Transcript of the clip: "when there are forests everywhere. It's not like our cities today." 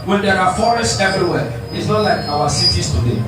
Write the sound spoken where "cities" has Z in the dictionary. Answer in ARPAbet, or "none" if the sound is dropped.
S